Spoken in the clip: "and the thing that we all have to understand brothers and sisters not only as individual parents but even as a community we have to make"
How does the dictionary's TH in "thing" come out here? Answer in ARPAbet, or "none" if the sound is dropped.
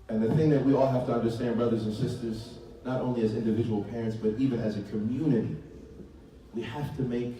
TH